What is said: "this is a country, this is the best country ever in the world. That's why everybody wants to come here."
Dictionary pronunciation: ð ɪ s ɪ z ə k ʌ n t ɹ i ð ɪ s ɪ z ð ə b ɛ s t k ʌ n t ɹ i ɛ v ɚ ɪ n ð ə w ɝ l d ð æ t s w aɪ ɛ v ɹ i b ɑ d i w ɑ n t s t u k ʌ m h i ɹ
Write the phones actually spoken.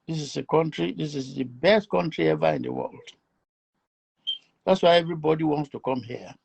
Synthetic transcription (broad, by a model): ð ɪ s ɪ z ə k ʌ n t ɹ i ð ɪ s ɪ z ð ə b ɛ s t k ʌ n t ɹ i ɛ v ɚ ɪ n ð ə w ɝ l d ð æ t s w aɪ ɛ v ɹ i b ɑ d i w ɑ n t s t u k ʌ m h i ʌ